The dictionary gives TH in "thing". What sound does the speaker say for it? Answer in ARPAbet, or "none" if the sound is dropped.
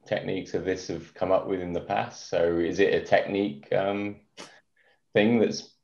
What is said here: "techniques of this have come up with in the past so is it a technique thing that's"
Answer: TH